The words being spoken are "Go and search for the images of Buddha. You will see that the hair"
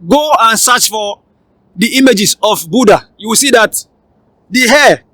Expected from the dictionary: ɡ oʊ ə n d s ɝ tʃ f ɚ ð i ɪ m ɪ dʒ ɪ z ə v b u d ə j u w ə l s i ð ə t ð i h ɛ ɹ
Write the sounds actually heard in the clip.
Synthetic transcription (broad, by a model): ɡ oʊ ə n s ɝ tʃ f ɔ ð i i m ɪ dʒ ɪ s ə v b u d ə j u w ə s i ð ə t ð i h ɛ